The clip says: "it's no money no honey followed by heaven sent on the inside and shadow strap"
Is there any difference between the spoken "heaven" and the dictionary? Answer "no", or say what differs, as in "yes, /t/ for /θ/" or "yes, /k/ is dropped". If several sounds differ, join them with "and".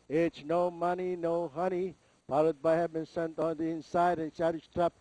yes, /b/ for /v/